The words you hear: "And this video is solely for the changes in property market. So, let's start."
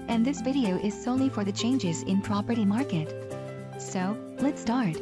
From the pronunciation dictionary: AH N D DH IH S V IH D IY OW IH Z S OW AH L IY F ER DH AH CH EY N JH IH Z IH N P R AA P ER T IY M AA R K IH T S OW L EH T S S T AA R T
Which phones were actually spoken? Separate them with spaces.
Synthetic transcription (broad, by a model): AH N DH IH S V IH D IY OW IH Z S OW AH L IY F ER DH AH CH EY N JH IH Z IH N P R AA P ER T IY M AA R K IH T S OW L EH T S S T AA R T